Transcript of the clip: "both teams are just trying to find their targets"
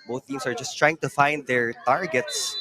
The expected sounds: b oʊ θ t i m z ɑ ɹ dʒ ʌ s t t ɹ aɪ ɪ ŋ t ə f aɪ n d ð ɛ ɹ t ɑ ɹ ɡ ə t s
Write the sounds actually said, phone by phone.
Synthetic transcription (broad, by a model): b oʊ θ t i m s ɑ ɹ dʒ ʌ s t t ɹ aɪ ɪ ŋ t ə f aɪ n d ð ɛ ɹ t ɑ ɹ ɡ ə t s